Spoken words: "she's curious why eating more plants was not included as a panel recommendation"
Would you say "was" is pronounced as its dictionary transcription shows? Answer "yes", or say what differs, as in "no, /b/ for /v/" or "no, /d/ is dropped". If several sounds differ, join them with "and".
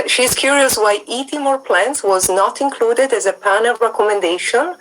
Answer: yes